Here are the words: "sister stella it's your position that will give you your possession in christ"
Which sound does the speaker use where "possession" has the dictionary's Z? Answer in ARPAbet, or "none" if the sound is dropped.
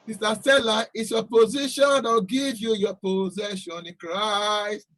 Z